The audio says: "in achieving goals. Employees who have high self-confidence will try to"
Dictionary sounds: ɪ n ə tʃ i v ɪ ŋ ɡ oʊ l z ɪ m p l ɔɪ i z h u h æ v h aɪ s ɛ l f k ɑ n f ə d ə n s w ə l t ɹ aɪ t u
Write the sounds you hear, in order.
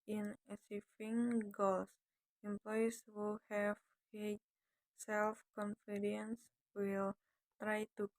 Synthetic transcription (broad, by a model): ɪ n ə s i f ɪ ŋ ɡ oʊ l s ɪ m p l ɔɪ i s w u h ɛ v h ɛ s ɛ l f k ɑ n f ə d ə n s w ə l t ɹ aɪ t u